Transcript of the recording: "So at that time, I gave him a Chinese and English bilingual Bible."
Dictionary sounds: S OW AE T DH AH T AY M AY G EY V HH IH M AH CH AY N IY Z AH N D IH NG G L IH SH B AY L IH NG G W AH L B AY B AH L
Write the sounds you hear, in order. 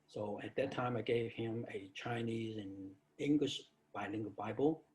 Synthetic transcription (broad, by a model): S OW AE T DH AH T AY M AY G EY V HH IH M AH CH AY N IY Z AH N IH NG G L IH SH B AY L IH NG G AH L B AY B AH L